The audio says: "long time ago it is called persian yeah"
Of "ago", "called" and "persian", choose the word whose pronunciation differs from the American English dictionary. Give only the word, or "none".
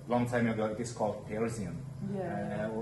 persian